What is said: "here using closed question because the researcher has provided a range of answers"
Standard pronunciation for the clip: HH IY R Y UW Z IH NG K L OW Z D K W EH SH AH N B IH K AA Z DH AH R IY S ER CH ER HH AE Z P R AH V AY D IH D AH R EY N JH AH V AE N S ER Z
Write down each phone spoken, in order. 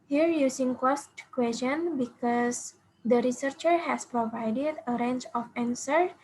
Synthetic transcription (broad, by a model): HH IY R Y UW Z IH NG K OW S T K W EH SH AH N B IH K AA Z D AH R IY S ER CH ER HH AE S P R AH V AY D IH D AH R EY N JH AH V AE N S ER